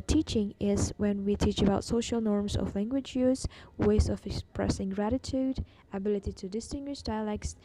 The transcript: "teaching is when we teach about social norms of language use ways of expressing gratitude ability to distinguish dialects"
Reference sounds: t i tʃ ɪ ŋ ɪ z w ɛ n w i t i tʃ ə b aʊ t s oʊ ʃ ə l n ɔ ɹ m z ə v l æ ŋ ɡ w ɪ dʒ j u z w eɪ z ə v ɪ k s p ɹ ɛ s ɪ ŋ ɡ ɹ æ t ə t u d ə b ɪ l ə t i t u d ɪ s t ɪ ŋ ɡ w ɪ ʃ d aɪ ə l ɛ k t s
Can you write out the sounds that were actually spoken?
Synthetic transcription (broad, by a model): t i tʃ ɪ ŋ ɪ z w ɛ n w i t i tʃ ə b aʊ t s oʊ ʃ ə l n ɔ ɹ m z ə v l æ ŋ ɡ w ɪ dʒ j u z w eɪ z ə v ɪ k s p ɹ ɛ s ɪ ŋ ɡ ɹ æ t ə t u d ə b ɪ l ə t i t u d ɪ s t ɪ ŋ ɡ w ɪ ʃ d aɪ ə l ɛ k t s